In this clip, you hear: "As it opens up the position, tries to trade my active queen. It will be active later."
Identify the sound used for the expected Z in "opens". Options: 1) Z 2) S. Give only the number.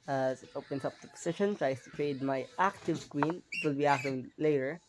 2